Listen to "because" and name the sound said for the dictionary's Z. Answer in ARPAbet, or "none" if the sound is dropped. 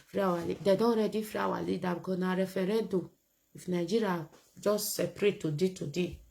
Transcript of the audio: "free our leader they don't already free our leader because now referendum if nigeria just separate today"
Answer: none